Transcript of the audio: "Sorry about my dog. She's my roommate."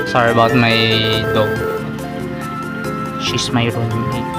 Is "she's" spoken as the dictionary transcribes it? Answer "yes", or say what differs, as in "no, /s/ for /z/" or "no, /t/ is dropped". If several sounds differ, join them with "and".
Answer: no, /s/ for /z/